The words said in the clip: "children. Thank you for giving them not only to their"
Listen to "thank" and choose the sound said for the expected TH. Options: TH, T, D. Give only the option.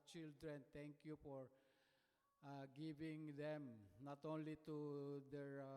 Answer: T